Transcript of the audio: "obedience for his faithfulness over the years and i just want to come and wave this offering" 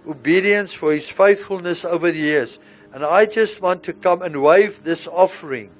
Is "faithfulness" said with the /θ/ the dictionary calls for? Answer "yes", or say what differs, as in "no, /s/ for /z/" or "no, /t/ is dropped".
yes